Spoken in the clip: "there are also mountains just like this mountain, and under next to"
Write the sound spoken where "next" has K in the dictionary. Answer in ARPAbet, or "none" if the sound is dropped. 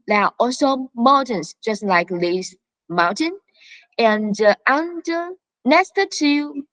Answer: none